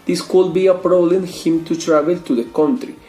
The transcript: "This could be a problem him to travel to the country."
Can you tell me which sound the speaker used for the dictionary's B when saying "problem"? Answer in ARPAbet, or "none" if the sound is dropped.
none